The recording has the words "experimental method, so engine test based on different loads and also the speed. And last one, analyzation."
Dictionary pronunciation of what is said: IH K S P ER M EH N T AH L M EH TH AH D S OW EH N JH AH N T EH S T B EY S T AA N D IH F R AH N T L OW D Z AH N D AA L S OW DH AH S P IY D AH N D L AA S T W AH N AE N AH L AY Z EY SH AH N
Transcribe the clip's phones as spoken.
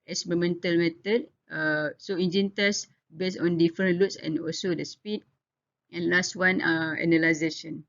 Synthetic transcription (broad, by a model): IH S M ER M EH N T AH L M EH T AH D S OW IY N JH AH N T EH S B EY S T AA N D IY F R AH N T L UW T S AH N AA L S OW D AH S P IY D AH N L AA S T W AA N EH N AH L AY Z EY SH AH N